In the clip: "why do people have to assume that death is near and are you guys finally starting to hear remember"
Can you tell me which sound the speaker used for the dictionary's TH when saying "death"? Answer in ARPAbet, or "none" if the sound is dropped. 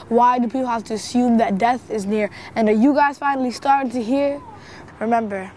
TH